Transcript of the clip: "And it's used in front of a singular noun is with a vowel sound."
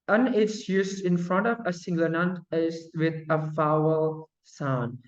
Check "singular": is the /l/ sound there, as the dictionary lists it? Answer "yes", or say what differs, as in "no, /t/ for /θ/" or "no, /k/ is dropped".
no, /n/ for /l/